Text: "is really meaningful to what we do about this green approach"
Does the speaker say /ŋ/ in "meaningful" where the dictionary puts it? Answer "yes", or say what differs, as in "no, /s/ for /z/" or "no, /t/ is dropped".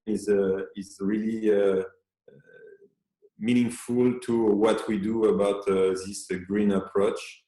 yes